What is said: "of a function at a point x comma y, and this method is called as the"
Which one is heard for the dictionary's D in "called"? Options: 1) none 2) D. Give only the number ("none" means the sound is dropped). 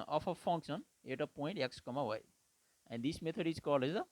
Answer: 1